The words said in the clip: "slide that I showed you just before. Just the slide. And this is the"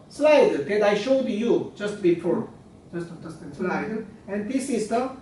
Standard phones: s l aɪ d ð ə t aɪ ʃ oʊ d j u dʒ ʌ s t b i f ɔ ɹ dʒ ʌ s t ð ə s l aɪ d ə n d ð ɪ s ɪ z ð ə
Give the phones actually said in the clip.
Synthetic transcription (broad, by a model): s l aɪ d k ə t aɪ ʃ oʊ d j u dʒ ʌ s t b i p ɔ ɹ dʒ ʌ s t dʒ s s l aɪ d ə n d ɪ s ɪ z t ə